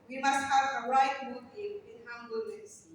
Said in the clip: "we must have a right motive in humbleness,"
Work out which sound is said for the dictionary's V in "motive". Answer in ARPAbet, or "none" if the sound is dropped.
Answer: none